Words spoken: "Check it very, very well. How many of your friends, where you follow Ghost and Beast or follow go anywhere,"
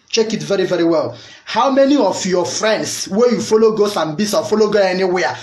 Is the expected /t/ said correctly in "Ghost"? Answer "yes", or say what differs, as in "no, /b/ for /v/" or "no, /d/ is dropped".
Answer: no, /t/ is dropped